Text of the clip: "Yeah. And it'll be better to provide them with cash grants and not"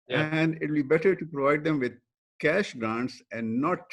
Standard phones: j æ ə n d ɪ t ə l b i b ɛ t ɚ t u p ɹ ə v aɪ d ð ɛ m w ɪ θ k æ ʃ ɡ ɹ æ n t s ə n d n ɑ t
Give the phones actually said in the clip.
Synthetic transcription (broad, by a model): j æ ə n d ɪ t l b i b ɛ t ɚ t u p ɹ ə v aɪ d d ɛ m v ɪ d k æ ʃ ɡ ɹ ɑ n t s ə n d n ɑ t